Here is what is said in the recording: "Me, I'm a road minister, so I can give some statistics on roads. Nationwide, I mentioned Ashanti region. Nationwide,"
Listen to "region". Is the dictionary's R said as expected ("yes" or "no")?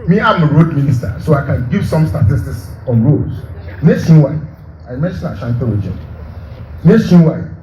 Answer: no